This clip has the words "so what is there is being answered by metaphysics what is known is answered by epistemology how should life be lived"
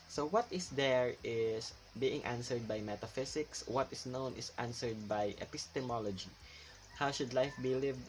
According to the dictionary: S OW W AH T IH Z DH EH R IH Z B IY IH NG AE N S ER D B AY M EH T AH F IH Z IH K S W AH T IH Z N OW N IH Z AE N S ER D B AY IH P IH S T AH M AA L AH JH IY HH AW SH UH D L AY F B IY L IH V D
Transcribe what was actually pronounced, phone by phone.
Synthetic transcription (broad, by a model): S OW W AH T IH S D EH R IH S B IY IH NG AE N S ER D B AY M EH T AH F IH S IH K S W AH T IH S N OW N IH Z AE N S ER D B AY IH P IH S T AH M AA L AH JH IY HH AW SH UH D L AY F B IY L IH V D